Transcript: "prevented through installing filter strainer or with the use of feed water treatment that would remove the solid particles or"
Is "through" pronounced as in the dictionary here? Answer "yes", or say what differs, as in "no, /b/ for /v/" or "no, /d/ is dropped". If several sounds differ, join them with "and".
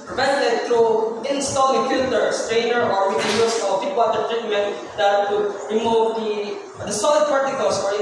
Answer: no, /t/ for /θ/